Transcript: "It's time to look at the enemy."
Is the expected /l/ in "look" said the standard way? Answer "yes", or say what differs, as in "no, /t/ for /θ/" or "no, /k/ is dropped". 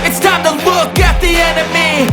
no, /w/ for /l/